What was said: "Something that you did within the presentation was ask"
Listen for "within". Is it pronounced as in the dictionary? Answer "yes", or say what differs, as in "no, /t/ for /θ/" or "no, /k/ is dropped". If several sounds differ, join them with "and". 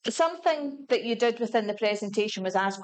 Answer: yes